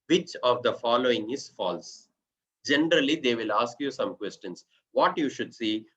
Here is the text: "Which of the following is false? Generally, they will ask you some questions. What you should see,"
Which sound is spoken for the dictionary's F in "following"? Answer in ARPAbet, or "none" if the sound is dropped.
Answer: F